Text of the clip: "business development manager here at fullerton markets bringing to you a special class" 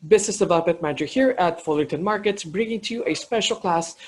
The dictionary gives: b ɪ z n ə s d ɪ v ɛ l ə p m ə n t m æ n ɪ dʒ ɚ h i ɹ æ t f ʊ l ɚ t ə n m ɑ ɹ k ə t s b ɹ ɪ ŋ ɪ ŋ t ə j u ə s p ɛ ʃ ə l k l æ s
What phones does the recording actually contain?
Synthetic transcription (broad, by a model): b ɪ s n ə s d ɪ v ɛ l ə p m ə n t m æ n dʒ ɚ h i ɹ æ t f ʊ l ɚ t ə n m ɑ ɹ k ə t s b ɹ ɪ ŋ ɪ ŋ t j u ə s p ɛ ʃ ə l k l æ s